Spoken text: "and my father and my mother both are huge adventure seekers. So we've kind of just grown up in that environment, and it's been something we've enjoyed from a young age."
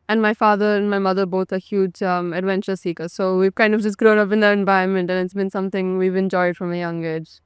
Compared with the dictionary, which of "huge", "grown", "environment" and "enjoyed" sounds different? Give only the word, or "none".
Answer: environment